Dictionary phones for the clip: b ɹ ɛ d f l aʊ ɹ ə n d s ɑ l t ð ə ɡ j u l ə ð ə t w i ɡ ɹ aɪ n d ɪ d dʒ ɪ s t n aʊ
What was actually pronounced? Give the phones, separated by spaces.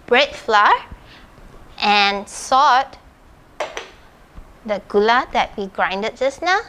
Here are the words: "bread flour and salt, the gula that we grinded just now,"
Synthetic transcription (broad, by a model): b ɹ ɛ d f l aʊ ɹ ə n s ɑ t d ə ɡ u l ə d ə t w i ɡ ɹ aɪ n d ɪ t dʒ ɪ s n aʊ